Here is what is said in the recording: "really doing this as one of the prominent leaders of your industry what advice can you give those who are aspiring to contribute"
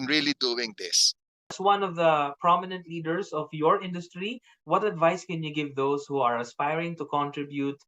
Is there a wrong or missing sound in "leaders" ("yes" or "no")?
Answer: yes